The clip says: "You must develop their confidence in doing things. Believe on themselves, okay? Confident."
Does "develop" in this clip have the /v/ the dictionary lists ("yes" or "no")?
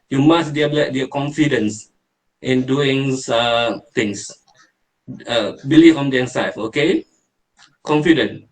no